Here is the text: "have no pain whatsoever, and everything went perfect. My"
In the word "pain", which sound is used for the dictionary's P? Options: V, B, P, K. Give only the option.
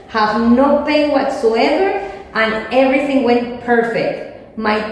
B